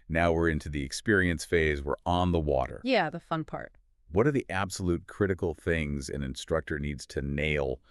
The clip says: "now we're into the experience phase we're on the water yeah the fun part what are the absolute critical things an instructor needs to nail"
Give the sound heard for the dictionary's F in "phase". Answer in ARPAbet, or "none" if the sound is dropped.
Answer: F